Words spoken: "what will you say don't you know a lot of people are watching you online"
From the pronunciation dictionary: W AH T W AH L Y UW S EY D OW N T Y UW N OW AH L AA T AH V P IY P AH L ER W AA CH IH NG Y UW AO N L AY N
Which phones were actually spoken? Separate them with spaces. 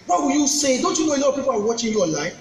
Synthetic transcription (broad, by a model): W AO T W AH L Y UW S EY D OW N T Y UW N OW AH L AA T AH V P IY P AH W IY W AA CH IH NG Y UW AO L AY